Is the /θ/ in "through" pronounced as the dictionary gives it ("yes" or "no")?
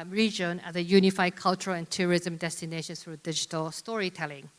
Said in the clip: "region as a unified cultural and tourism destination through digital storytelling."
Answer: no